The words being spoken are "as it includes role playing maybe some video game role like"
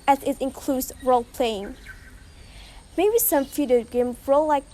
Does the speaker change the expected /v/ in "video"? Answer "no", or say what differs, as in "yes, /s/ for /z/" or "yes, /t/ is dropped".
yes, /f/ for /v/